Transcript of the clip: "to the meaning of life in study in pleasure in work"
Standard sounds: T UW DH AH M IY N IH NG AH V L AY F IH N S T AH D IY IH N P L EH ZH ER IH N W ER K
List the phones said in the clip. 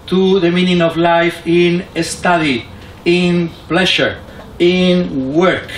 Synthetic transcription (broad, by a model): T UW DH AH M IY N IH NG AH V L AY F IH N S T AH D IY IH N P L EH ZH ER IH N W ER K